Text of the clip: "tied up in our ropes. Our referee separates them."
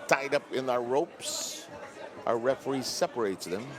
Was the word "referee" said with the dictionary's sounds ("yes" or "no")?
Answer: yes